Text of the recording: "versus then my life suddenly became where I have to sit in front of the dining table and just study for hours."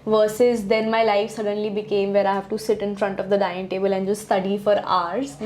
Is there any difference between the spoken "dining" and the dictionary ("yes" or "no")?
yes